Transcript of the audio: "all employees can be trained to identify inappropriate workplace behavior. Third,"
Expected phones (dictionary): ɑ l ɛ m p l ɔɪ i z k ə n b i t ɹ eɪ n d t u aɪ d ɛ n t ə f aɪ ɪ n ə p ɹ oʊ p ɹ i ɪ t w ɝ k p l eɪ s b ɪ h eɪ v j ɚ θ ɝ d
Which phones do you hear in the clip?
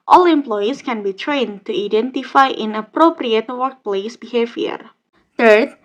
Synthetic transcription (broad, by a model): ɑ l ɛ m p l ɔɪ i s k ə n b i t ɹ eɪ n t u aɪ d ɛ n t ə f aɪ ɪ n ə p ɹ oʊ p ɹ i ɪ t w ɝ k p l eɪ s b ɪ h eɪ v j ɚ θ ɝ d